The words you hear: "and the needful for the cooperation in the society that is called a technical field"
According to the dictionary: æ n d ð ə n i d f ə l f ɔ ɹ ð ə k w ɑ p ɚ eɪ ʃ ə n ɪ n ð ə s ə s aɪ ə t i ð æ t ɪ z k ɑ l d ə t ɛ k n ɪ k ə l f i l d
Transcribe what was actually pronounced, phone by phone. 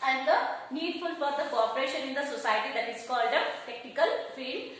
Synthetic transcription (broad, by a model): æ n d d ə n i d f ə l f ɔ ɹ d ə k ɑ p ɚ eɪ ʃ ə n ɪ n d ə s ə s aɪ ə t i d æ t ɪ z k ɑ l d ə t ɛ k n ɪ k ə l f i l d